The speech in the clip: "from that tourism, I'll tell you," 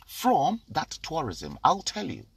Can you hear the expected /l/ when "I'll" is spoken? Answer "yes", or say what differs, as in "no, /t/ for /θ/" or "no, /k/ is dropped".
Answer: yes